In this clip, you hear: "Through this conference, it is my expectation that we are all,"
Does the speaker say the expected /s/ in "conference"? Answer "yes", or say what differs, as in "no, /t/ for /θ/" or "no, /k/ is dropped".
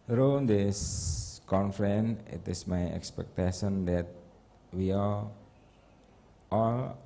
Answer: no, /s/ is dropped